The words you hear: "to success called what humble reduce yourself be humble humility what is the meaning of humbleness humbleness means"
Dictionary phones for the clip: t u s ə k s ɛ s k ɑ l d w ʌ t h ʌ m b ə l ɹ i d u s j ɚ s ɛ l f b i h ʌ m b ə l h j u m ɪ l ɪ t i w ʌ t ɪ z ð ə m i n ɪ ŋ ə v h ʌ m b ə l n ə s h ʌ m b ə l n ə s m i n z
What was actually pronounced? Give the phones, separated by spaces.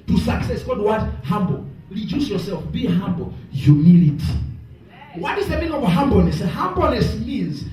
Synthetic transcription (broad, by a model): t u s ə k s ɛ s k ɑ d w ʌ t h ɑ m b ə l ɹ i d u s j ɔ s ɛ l f b i h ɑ m b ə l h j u m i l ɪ t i w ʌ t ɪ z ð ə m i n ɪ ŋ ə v h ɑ m b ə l n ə s h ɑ m b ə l n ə s m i n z